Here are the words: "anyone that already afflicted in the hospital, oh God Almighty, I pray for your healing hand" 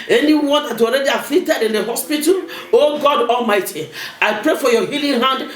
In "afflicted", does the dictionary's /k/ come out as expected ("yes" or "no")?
no